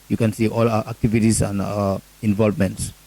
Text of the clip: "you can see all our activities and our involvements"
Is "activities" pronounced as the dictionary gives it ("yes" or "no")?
no